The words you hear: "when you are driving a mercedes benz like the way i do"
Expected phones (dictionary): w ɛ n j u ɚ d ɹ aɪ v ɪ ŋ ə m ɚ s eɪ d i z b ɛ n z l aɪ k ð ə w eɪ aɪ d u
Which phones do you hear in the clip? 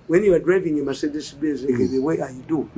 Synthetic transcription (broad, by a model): w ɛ n j u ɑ d ɹ aɪ v ɪ ŋ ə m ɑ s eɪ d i s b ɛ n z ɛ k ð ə w eɪ aɪ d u